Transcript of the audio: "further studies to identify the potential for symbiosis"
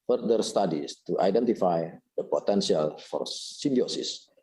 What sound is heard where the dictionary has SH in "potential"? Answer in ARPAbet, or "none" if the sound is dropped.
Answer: S